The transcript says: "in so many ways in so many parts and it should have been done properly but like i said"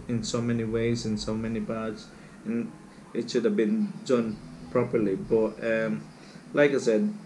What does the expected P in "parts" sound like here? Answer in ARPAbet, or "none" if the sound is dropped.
B